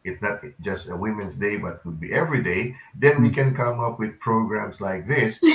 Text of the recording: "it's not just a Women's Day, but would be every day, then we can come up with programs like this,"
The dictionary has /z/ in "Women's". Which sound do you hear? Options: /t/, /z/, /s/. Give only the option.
/s/